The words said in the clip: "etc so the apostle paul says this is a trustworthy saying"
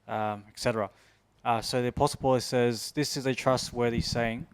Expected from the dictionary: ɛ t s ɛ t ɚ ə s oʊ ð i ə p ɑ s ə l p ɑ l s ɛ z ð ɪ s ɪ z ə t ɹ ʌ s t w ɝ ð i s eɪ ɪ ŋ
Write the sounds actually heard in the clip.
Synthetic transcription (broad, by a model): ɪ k s ɛ t ɚ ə s oʊ ð i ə p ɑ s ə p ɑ l s ɛ z ð ɪ s ɪ z ə t ɹ ʌ s t w ɝ ð i s eɪ ɪ ŋ